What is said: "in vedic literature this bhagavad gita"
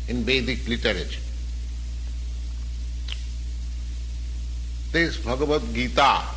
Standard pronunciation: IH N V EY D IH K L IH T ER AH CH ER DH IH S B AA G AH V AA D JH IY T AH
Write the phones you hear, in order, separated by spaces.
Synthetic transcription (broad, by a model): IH N B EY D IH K L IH T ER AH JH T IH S B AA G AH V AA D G IY T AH